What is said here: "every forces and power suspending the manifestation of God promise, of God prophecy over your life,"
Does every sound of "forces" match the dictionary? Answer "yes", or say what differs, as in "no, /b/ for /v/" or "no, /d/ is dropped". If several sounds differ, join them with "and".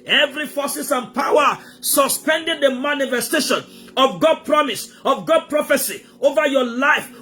no, /s/ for /z/